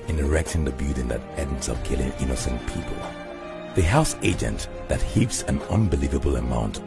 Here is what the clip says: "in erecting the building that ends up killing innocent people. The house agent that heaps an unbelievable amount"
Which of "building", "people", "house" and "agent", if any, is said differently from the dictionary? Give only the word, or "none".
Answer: building